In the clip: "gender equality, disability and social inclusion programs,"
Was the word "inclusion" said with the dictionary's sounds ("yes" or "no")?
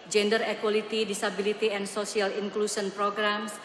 no